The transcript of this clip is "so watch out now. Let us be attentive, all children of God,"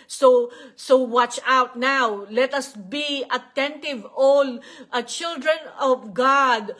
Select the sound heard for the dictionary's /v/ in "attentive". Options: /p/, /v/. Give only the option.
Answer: /v/